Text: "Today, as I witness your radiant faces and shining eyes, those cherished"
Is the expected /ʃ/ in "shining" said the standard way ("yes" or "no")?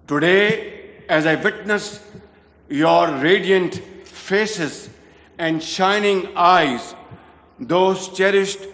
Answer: yes